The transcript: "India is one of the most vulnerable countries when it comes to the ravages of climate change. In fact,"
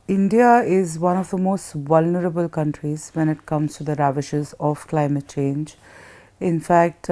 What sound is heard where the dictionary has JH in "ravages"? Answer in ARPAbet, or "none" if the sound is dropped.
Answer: SH